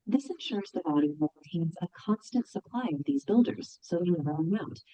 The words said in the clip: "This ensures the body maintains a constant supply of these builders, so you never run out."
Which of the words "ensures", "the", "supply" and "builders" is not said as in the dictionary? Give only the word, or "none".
none